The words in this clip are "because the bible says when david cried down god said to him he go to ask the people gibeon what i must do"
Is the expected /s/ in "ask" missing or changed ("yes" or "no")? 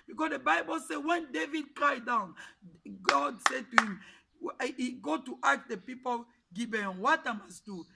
yes